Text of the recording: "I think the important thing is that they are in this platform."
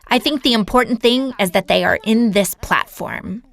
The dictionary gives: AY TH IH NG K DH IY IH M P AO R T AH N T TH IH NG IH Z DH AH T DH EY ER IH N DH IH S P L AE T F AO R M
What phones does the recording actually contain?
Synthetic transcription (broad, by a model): AY TH IH NG K DH IY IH M P AO R T N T TH IH NG IH Z DH AH T DH EY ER IH N DH IH S P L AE T F AO R M